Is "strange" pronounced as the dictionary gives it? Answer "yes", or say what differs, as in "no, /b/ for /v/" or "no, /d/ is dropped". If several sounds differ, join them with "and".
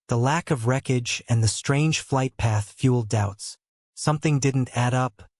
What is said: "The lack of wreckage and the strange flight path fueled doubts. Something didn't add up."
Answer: no, /ʒ/ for /dʒ/